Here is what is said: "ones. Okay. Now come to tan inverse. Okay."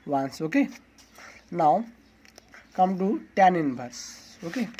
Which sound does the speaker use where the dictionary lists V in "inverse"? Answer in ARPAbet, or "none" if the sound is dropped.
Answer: B